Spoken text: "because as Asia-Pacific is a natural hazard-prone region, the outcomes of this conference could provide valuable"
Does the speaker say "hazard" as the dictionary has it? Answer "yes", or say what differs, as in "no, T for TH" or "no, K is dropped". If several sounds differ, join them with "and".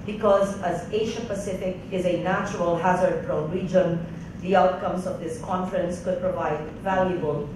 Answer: yes